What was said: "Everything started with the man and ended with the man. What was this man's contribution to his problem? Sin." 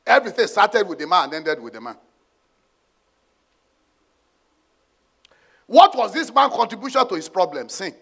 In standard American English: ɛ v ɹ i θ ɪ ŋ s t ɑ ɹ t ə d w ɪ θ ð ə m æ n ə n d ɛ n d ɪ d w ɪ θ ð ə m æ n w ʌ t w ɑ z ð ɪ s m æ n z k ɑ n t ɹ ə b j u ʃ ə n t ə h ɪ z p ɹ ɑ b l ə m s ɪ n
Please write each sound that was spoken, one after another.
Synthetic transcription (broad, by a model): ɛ v ɹ i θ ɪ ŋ s t ɑ t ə d w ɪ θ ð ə m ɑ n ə n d ɛ n d ɪ d w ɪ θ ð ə m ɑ n w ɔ t w ɑ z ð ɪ s m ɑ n k ɑ n t ɹ ə b j u ʃ ə n t ə h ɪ s p ɹ ɑ b l ə m s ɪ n